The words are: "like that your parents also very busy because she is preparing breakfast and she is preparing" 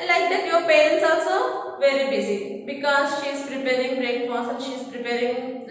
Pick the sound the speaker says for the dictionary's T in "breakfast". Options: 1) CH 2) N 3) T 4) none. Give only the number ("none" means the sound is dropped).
4